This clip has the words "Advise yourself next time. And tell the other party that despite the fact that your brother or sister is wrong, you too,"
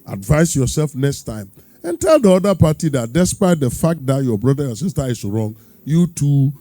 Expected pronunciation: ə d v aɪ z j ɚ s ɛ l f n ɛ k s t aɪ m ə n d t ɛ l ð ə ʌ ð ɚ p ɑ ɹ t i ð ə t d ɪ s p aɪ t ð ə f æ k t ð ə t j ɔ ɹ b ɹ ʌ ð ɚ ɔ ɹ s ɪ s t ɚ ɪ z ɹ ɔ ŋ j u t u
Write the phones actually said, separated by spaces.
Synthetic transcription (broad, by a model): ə d v aɪ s j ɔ s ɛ l f n ɛ k s t aɪ m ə n t ɛ l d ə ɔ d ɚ p ɑ t i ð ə t d ɪ s p aɪ t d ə f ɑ k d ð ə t j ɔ b ɹ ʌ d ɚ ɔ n s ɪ s t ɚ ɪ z ɹ ɔ ŋ j u t u